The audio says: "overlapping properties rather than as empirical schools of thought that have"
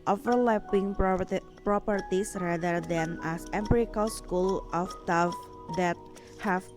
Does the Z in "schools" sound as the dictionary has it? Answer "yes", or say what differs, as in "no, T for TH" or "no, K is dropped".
no, Z is dropped